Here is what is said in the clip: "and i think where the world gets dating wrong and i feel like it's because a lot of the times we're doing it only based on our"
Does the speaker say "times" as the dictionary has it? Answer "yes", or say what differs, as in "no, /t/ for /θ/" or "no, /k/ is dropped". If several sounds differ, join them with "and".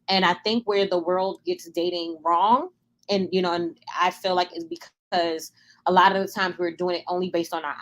yes